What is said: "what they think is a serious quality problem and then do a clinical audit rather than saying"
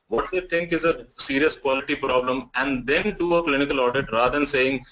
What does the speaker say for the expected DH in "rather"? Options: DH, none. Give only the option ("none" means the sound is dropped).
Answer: none